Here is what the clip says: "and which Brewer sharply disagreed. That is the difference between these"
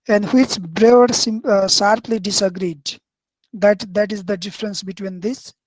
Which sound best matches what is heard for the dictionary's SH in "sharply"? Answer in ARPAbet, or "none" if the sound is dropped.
S